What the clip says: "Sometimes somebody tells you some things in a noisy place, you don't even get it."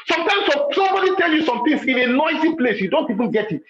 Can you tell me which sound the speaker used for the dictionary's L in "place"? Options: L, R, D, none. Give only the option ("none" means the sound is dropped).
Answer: L